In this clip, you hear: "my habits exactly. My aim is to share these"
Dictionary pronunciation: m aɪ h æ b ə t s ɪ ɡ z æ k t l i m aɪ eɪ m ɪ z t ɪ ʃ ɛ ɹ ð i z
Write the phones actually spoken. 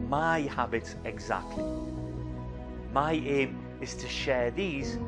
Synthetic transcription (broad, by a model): m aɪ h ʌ b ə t ɪ ɡ z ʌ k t l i m aɪ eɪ m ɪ s t ɪ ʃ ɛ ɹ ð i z